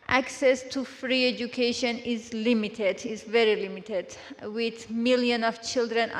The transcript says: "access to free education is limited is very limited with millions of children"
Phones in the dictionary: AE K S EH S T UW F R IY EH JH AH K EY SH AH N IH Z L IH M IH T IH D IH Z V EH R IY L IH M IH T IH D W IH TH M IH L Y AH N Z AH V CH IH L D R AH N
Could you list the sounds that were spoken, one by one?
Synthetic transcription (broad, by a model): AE K S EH S T UW F R IY EH JH AH K EY SH AH N IH Z L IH M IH T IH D IH Z V EH R IY L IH M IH T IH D W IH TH M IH L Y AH N AH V CH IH L D R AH N